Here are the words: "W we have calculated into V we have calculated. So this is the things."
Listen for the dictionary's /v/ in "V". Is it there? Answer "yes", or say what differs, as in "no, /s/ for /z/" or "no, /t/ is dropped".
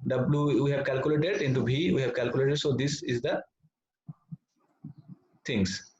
no, /b/ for /v/